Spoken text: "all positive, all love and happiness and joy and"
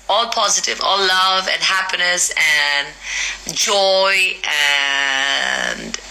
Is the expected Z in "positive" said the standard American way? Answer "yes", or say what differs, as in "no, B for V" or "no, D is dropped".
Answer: yes